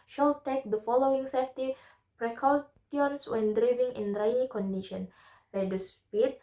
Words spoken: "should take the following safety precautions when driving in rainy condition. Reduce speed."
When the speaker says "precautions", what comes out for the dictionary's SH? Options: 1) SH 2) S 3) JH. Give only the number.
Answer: 2